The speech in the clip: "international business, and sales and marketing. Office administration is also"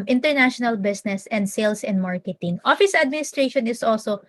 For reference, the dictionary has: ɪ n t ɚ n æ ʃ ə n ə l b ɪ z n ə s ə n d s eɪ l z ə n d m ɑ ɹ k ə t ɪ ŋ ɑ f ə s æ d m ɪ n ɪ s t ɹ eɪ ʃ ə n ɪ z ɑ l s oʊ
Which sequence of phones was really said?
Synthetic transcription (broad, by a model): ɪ n t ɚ n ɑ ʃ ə n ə l b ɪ s n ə s ə n d s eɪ l s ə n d m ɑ ɹ k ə t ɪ ŋ ɑ f ə s æ d m ɪ n ɪ s t ɹ eɪ ʃ ə n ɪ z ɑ l s oʊ